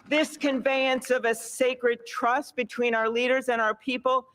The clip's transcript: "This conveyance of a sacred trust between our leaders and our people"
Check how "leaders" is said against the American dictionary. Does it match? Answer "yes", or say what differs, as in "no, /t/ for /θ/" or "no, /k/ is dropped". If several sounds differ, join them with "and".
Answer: yes